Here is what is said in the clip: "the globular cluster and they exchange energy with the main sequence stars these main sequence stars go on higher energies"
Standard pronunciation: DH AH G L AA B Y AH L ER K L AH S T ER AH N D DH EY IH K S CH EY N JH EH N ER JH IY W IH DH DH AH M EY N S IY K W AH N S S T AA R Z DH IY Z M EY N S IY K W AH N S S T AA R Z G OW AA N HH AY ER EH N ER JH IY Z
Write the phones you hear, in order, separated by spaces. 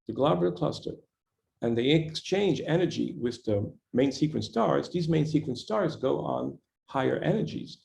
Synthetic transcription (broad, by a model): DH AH G L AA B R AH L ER K L AH S T ER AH N DH EY IH K S CH EY N JH EH N ER JH IY W IH DH DH AH M EY N S IY K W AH N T S T AA R Z DH IY Z M EY N S IY K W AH N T S T AA R Z G OW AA N HH AY ER EH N ER JH IY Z